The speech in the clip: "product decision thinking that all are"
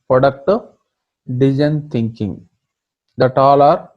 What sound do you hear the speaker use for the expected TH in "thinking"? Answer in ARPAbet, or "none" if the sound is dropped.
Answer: T